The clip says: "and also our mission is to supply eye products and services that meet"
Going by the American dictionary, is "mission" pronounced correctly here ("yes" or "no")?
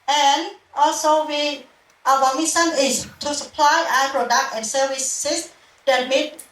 no